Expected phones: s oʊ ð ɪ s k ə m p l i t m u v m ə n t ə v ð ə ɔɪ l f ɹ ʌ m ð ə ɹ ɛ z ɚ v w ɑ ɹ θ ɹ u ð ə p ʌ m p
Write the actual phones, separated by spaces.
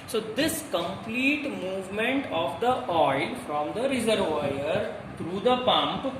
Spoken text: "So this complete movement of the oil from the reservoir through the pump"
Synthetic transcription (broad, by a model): s oʊ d ɪ s k ə m p l i t m u v m ə n t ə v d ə ɔɪ l f ɹ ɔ m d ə ɹ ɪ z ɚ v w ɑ ɹ t ɹ u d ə p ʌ m p